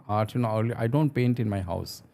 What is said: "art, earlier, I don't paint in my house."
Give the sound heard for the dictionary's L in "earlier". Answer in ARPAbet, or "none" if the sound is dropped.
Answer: N